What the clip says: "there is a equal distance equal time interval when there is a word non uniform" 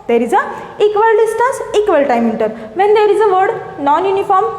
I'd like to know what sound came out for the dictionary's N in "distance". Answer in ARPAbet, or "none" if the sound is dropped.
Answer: none